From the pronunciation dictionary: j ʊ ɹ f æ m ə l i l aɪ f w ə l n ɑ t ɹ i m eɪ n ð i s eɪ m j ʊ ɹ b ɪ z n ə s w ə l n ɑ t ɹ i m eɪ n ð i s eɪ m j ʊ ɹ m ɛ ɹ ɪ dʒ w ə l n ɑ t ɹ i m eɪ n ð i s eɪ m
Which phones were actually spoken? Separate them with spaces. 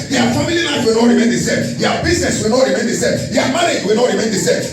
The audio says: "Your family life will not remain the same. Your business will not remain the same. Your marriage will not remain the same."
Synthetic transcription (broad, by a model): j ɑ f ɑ m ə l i n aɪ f w ə l n ɑ t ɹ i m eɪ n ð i s eɪ m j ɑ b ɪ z n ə s w ə l n ɑ t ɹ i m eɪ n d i s eɪ m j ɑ m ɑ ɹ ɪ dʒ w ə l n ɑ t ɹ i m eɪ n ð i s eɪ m